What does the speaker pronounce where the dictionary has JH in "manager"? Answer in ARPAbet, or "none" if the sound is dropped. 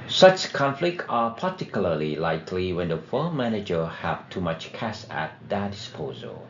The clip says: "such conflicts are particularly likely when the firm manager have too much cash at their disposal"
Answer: JH